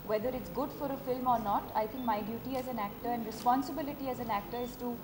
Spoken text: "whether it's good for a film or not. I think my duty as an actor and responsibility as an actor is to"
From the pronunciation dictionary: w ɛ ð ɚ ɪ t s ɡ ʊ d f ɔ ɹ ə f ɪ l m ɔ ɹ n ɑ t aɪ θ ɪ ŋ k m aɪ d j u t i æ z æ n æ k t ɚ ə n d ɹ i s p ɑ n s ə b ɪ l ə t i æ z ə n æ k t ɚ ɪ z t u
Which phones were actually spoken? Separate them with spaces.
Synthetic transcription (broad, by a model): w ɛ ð ɚ ɪ t s ɡ ʊ d f ɔ ɹ ə f ɪ l m ɔ ɹ n ɑ t aɪ t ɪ ŋ k m aɪ d j u t i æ z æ n æ k t ɚ ə n d ɹ i s p ɑ n s ə b ɪ l ə t i æ z ə n æ k t ɚ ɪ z t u